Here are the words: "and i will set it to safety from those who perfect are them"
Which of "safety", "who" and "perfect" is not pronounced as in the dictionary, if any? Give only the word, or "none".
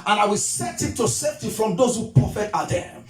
perfect